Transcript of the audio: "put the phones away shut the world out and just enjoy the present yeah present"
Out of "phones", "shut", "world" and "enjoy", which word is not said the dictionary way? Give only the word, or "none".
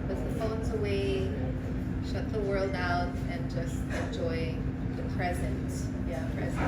none